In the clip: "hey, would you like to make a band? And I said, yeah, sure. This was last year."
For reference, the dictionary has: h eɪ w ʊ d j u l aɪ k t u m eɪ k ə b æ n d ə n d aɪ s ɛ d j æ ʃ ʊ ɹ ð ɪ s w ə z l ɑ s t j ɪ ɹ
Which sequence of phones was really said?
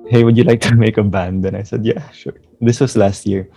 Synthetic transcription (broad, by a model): h eɪ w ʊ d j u l aɪ k t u m eɪ k ə b æ n d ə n aɪ s ɛ d j æ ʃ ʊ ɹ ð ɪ s w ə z l ɑ s t j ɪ ɹ